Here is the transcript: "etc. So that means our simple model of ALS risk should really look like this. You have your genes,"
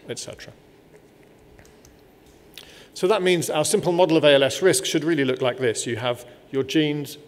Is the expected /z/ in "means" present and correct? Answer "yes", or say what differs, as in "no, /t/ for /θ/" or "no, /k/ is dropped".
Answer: yes